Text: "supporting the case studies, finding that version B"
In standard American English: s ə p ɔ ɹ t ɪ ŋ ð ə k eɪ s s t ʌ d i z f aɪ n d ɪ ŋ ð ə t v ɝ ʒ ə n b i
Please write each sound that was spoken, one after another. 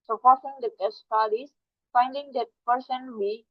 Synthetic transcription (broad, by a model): s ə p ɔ ɹ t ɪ ŋ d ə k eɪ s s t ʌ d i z f aɪ n d ɪ ŋ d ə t p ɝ s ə n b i